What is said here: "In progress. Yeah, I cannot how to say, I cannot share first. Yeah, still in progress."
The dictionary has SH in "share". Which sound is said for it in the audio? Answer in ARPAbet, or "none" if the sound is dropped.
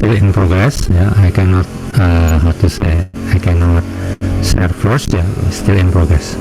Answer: S